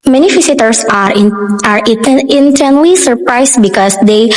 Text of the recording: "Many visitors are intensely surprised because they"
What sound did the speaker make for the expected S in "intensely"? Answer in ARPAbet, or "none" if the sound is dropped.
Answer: none